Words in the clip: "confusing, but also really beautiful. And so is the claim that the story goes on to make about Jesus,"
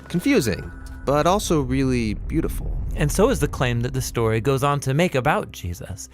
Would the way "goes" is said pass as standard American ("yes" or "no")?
yes